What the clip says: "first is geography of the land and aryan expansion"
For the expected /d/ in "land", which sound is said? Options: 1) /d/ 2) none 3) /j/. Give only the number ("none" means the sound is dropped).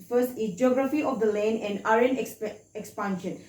2